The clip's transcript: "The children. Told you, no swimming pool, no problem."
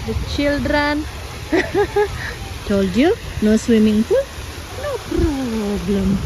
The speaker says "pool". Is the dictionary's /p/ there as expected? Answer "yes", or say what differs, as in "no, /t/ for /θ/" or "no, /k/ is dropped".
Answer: no, /f/ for /p/